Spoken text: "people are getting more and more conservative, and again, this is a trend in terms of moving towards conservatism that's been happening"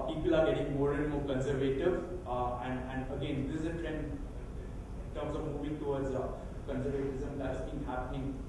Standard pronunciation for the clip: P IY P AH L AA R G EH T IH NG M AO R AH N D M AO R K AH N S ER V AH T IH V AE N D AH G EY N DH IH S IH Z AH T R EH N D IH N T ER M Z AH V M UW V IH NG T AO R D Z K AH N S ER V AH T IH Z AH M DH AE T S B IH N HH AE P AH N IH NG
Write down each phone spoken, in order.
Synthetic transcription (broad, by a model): P IY P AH L AA R G EH T IH NG M AO R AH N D M AO R K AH N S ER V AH T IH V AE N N AH G EY N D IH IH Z AH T R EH N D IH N T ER M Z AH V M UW B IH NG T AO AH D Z K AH N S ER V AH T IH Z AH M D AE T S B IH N HH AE P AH N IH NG